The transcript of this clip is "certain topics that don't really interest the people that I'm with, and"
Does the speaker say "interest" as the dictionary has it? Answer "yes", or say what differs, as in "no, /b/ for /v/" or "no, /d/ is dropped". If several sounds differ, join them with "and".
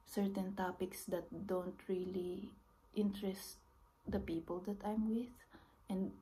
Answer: yes